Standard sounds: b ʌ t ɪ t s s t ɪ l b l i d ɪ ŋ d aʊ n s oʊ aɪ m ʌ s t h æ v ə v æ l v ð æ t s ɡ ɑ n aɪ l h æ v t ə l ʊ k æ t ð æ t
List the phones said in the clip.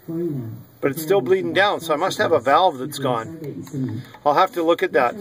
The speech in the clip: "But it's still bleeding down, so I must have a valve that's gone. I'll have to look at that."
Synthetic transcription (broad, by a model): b ʌ t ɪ t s s t ɪ l b l i d ɪ ŋ d aʊ n s oʊ aɪ m ʌ s t h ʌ v ə v æ l v ð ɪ t s ɡ ɑ n aɪ l h æ f t ə l ʊ k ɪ t ð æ t